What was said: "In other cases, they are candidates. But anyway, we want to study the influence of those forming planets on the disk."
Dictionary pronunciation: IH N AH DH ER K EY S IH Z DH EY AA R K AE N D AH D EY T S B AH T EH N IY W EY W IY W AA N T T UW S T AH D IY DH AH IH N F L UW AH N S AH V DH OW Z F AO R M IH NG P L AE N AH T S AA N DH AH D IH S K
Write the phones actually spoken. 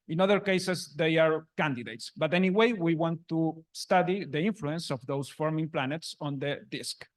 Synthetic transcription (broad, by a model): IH N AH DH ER K EY S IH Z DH EY AA R K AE N D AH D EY T S B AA T EH N IY W EY W IY W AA N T T UW S T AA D IY DH AH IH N F L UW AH N S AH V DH OW S F AO R M IH NG P L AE N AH T S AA N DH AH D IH S K